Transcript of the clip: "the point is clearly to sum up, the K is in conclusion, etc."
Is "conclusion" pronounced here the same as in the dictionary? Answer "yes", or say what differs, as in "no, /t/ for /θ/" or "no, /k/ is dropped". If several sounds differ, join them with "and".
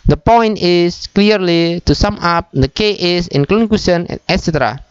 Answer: no, /l/ is dropped and /s/ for /ʒ/